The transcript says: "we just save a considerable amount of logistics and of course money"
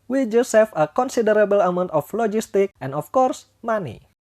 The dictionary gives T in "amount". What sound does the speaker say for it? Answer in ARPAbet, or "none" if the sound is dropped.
T